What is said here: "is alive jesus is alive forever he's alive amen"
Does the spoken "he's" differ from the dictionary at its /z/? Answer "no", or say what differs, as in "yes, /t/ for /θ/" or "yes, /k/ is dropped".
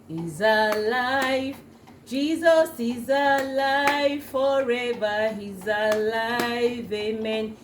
no